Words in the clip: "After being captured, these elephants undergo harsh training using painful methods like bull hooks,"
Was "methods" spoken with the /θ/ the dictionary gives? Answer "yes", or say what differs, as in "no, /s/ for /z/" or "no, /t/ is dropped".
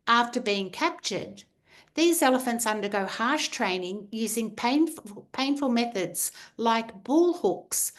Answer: yes